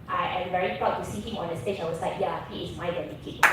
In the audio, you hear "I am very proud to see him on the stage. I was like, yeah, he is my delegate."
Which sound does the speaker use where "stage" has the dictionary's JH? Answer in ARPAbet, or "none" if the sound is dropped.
CH